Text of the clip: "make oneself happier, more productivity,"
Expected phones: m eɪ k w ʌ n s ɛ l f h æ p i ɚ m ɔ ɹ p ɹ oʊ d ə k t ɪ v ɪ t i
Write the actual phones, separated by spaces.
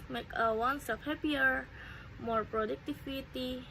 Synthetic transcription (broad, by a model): m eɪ k w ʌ n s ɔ f h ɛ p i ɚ m ɔ ɹ p ɹ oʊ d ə k t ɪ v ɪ t i